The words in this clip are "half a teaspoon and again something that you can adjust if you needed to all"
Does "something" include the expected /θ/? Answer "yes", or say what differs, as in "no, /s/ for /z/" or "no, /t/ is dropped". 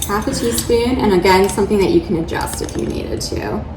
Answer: yes